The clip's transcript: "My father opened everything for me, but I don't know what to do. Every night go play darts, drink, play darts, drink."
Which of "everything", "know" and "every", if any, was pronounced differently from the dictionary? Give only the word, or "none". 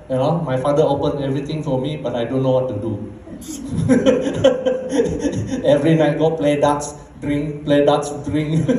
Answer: everything